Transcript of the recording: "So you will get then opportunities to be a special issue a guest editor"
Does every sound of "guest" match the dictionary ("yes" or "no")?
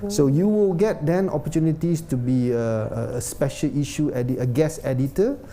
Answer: no